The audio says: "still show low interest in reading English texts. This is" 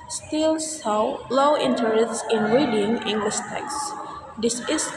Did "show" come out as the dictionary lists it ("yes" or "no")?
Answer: no